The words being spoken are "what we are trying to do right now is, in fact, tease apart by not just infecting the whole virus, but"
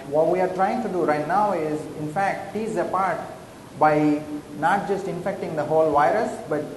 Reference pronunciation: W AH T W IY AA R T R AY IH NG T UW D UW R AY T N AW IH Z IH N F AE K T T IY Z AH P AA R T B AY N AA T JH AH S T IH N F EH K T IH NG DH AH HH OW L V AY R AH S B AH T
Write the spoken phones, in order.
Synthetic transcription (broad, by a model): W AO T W IY AA R T R AY IH NG T UW D UW R AY T N AW IH Z IH N F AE K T T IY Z AH P AA R T B AY N AA T JH AH S T IH N F EH K T IH NG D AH HH OW L V AY R AH S B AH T